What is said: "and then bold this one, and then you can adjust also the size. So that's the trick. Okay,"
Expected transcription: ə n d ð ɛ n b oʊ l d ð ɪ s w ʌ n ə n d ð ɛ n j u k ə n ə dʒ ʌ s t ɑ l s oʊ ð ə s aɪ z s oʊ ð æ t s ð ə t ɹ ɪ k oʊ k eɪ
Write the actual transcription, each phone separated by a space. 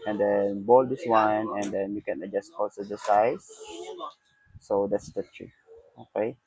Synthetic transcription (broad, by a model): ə n d ɛ n b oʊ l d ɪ s w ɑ n ə n d ɛ n j u k ə n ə dʒ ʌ s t ɑ l s oʊ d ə s aɪ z s oʊ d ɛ t s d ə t ɹ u oʊ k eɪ